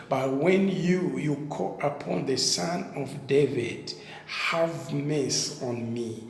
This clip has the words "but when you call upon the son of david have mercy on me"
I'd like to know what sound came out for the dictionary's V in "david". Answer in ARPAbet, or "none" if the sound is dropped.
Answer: V